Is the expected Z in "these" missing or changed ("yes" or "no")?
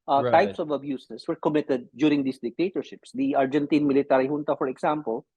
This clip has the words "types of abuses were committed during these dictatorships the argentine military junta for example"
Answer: yes